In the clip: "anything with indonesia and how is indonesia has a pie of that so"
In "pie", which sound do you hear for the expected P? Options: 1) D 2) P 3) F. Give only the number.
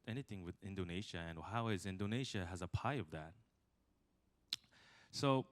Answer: 2